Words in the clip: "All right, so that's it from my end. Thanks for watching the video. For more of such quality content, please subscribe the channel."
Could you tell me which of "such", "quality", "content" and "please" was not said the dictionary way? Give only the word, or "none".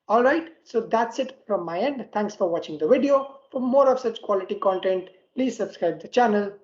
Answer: none